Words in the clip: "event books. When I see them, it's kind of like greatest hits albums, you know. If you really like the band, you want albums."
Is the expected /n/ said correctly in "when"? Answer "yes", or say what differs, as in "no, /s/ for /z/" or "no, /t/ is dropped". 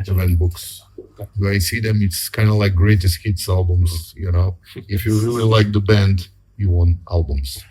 no, /n/ is dropped